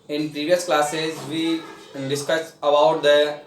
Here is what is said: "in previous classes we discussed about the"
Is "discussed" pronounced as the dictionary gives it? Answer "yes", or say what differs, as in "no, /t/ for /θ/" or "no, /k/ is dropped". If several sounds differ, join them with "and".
no, /t/ is dropped